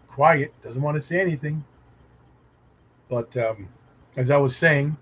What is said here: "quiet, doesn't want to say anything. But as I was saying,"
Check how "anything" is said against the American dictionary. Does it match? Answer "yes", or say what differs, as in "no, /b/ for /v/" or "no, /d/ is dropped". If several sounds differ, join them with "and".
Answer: yes